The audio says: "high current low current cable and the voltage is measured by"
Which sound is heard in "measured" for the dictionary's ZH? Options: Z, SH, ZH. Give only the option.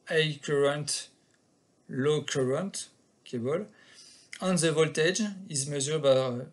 Z